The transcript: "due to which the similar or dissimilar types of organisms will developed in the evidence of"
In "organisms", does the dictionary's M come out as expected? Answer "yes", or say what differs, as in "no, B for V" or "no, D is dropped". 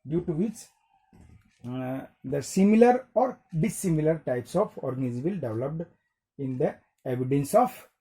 no, M is dropped